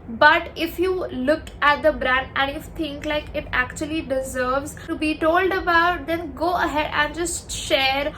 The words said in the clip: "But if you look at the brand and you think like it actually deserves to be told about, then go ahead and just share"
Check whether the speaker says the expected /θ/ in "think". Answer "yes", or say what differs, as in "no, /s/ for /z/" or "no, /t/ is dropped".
no, /f/ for /θ/